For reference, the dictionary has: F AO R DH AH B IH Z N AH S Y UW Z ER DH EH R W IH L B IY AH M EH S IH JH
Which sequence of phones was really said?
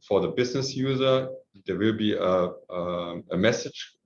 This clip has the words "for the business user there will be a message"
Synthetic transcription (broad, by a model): F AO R DH AH B IH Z N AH S Y UW Z ER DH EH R W IH L B IY AH M EH S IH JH